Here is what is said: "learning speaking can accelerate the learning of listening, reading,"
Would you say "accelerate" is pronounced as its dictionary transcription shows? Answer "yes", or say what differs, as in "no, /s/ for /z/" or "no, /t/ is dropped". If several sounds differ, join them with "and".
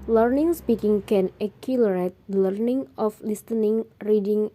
no, /s/ is dropped